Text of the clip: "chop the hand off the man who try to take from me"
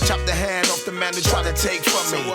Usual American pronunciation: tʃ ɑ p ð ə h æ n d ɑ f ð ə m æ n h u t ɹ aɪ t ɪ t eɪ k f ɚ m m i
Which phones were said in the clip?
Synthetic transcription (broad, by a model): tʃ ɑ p ð ə h æ n d ɑ f ð ə m æ n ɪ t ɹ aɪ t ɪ t eɪ k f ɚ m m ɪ